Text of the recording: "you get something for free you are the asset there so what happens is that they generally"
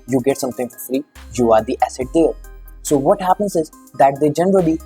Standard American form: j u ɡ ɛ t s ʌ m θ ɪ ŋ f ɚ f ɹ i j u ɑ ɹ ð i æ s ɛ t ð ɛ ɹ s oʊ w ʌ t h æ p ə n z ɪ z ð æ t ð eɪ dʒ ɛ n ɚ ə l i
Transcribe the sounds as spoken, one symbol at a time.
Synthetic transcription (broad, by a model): j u ɡ ɛ t s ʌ m t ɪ ŋ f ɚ f ɹ i j u ɑ ɹ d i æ s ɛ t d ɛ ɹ s oʊ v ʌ t h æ p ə n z ɪ z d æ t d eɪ dʒ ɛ n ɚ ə l i